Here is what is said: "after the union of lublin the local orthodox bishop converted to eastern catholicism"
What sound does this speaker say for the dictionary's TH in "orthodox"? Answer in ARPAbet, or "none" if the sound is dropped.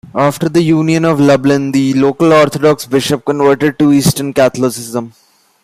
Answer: T